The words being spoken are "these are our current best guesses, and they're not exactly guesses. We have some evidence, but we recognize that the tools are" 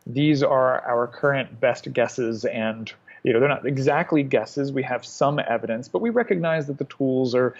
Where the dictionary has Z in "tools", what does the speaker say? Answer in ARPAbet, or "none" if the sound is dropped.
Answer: Z